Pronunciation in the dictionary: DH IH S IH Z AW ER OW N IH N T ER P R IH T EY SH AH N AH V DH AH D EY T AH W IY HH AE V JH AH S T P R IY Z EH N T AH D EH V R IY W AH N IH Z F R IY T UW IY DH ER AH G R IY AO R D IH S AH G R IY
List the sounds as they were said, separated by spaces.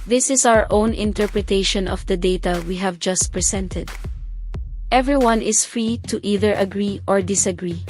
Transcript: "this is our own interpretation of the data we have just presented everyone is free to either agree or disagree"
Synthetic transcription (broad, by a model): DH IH S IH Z AW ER OW N IH N T ER P R IH T EY SH AH N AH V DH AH D EY T AH W IY HH AE V JH AH S T P R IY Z EH N T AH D EH V R IY W AH N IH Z F R IY T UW IY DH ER AH G R IY AO R D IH S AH G R IY